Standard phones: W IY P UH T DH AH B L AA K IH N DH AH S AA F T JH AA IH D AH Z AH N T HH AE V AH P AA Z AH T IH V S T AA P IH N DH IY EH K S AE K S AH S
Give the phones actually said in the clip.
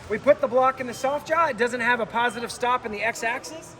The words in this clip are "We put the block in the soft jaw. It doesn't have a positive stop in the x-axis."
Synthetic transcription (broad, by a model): W IY P UH T DH AH B L AA K IH N DH AH S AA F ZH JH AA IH D AH Z AH N T HH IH V AH P AA Z AH T IH V S T AA P IH N DH IY EH K S AE K S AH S